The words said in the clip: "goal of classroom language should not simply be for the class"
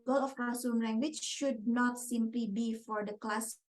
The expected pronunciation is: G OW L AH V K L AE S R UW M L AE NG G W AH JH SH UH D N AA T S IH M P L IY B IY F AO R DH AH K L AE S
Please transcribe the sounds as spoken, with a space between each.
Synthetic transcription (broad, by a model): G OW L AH F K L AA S UW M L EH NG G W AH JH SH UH D N AA T S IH M P L IY B IY F AO R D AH K L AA S